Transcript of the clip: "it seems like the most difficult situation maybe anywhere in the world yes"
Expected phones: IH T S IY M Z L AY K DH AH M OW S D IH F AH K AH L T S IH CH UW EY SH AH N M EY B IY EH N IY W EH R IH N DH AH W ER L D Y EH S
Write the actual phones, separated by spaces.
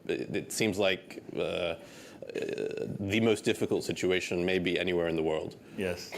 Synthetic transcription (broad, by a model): IH T S IY M Z L AY K DH AH M OW S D IH F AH K L T S IH CH UW EY SH AH N M EY B IY EH N IY W EH R IH N DH AH W ER L D Y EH S